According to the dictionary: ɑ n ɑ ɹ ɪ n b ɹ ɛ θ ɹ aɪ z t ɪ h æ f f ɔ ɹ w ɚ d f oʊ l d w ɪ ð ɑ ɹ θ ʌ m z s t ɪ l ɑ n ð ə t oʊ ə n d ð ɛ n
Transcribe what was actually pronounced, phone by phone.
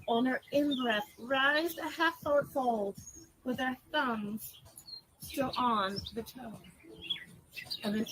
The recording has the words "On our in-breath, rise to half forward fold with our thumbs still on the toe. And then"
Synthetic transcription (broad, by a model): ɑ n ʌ ɹ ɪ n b ɹ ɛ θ ɹ aɪ z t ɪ h æ f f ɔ ɹ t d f oʊ l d w ɪ ð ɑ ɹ θ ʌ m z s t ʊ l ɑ n ð ə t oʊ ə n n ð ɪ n